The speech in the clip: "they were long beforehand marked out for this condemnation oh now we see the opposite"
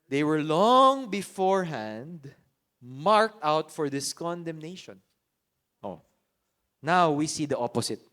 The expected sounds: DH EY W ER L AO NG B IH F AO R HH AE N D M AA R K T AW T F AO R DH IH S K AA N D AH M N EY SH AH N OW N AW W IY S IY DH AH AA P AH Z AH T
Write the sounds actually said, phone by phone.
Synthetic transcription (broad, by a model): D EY W ER L AO NG B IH F AO R HH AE N D M AA R K T AW T F AO R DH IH S K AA N D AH M N EY SH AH N OW N AW W IY S IY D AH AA P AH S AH T